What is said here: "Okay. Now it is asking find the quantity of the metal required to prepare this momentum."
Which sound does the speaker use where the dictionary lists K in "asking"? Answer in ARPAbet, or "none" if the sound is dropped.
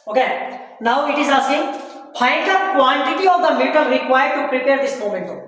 none